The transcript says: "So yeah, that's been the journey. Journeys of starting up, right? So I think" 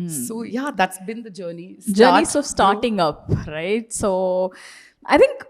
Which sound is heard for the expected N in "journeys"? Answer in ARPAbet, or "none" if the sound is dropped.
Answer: none